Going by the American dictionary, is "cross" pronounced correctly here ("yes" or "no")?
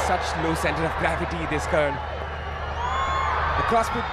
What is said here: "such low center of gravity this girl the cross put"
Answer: yes